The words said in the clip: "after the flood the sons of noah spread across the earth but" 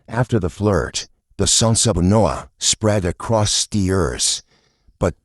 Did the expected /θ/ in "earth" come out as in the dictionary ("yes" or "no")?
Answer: no